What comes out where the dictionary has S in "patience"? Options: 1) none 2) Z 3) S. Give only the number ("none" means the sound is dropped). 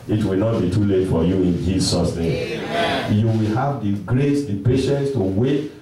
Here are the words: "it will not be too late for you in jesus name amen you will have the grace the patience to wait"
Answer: 3